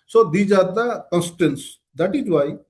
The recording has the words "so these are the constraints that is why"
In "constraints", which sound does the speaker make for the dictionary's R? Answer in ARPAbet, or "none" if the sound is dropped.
none